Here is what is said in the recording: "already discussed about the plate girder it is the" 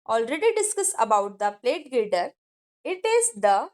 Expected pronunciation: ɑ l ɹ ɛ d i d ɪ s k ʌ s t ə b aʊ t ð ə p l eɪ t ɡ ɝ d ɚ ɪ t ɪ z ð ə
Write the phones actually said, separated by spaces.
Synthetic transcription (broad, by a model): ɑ l ɹ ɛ d i d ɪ s k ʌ s ə b aʊ t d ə p l eɪ t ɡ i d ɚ ɪ t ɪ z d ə